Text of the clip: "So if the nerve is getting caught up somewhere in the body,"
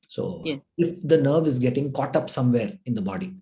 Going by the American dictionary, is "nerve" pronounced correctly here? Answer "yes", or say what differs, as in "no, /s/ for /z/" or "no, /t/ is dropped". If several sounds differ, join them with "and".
yes